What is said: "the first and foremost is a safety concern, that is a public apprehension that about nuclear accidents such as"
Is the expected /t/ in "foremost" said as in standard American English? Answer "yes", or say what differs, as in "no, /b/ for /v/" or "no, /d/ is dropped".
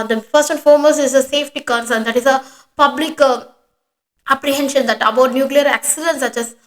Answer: no, /t/ is dropped